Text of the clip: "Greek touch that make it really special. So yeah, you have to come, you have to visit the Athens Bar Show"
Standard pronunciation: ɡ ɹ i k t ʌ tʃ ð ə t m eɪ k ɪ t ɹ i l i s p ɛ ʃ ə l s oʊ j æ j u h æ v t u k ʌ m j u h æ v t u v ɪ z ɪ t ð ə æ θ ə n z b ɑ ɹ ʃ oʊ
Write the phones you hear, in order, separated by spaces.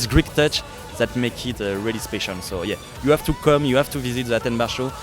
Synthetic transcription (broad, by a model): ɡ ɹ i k t ʌ tʃ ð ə t m eɪ k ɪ t ɹ i l i s p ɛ ʃ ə n s oʊ j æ j u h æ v t u k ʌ m j u h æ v t u v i z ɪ t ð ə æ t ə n b ɑ ɹ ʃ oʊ